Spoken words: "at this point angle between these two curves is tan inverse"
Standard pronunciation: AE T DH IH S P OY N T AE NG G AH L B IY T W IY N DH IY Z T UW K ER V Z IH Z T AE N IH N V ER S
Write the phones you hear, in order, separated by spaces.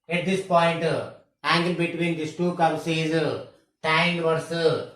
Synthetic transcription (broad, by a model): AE T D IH S P OY N T AE NG G AH L B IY T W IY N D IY S T UW K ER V S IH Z T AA IH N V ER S